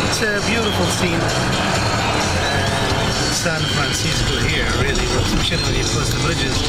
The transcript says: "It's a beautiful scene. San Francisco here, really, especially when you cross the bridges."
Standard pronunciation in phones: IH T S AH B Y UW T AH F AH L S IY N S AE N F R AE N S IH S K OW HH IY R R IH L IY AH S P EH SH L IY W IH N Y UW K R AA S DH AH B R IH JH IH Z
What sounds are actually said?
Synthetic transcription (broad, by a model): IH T S AH B Y UW T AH F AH L S IY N S AE N F R AE N S IH S K OW HH IY R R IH L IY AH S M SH IY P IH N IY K AA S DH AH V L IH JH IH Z